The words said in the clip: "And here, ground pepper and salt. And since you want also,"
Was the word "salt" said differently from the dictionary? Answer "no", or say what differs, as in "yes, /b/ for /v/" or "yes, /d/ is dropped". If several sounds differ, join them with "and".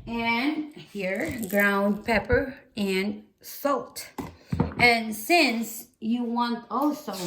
no